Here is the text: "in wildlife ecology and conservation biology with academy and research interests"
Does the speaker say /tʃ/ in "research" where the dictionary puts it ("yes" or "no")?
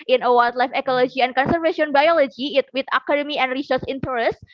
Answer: no